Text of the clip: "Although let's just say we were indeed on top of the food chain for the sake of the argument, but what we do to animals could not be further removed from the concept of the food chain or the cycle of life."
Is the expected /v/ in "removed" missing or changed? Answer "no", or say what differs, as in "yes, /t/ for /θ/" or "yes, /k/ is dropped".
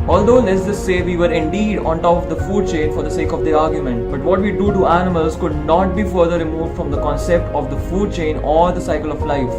no